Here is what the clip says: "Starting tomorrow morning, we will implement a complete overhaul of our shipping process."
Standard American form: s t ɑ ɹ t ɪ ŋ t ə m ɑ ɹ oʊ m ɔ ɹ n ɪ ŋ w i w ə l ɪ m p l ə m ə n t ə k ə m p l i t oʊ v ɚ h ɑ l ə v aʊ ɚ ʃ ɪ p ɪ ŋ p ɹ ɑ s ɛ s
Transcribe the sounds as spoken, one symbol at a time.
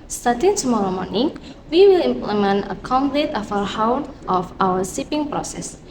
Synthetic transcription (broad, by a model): s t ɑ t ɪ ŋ t ə m ɑ ɹ oʊ m ɔ ɹ n ɪ ŋ w i w ə l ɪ m p l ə m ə n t ə k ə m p l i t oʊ f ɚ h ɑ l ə f aʊ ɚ s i p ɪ ŋ p ɹ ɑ s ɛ s